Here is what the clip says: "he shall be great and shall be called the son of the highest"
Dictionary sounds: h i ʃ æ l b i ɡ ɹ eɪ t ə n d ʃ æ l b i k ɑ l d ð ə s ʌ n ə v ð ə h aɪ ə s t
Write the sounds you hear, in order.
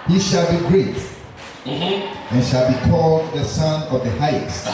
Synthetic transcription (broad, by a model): h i ʃ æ l b i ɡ ɹ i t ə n ʃ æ l b i k ɑ l d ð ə s ʌ n ə v ð ə h aɪ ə s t